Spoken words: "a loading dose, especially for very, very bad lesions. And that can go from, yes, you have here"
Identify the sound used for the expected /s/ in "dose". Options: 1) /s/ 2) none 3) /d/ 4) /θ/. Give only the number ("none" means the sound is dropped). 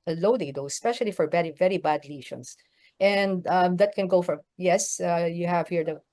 2